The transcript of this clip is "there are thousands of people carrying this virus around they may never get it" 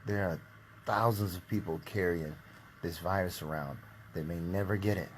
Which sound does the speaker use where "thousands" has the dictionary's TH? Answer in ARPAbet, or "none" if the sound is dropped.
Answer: TH